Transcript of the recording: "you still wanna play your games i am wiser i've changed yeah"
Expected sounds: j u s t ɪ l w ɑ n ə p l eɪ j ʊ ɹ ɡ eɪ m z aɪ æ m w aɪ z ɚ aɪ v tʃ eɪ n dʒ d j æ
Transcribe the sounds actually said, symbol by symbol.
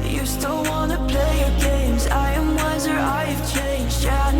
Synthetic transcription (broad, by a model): j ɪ s t ɪ l w ɑ n ə p l eɪ j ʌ ɹ ɡ eɪ m z aɪ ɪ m w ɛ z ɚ aɪ v tʃ eɪ n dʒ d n